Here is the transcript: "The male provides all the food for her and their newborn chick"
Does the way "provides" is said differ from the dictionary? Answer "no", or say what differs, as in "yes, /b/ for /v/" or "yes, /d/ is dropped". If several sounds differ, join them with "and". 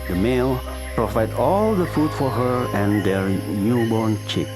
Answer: yes, /z/ is dropped